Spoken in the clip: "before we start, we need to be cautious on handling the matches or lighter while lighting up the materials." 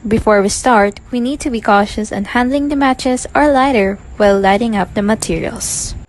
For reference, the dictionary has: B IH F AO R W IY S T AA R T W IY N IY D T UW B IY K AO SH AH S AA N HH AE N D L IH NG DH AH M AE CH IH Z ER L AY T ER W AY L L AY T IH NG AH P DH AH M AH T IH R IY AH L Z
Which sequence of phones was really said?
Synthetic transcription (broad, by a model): B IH F AO R W IY S T AA R T W IY N IY D T UW B IY K AO SH AH S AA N HH AE N D L IH NG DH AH M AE CH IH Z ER L AY T ER W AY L L AY T IH NG AH P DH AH M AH T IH R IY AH L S